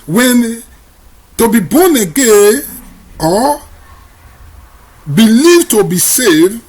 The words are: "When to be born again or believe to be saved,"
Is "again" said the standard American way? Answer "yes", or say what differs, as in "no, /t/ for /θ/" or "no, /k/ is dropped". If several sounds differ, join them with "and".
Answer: no, /n/ is dropped